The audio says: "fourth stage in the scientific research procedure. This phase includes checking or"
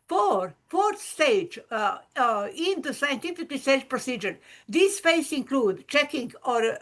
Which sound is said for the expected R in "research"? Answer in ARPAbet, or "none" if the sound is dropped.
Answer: L